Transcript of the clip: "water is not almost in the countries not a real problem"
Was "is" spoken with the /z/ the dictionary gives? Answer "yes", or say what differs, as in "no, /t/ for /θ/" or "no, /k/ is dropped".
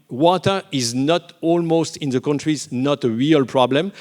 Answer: yes